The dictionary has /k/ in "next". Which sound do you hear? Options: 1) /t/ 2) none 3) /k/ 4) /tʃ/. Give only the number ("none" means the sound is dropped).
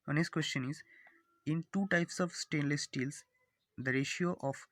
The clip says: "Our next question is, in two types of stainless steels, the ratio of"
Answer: 2